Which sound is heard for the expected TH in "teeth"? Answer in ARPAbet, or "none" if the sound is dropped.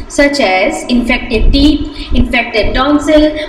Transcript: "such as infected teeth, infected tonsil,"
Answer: T